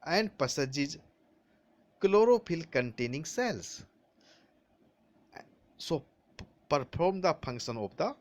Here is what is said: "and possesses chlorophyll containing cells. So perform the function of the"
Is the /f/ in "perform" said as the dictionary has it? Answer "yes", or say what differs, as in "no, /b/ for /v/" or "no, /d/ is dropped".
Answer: no, /p/ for /f/